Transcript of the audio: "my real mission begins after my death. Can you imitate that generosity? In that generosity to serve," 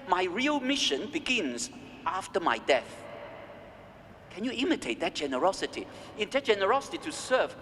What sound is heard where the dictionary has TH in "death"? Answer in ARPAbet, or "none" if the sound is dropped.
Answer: TH